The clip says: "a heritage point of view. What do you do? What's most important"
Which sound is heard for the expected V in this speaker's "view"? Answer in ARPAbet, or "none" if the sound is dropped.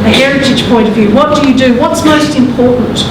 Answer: V